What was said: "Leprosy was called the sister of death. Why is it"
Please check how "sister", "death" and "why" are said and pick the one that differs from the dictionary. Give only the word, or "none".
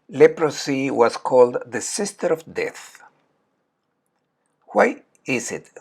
none